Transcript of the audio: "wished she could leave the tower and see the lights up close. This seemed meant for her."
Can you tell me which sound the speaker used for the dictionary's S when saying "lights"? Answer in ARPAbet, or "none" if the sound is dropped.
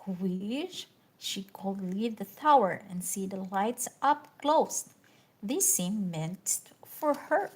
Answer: S